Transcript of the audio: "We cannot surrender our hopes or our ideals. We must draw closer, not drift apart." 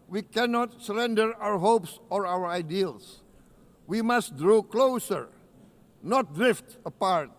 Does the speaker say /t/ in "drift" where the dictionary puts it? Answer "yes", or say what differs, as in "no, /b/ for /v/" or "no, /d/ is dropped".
yes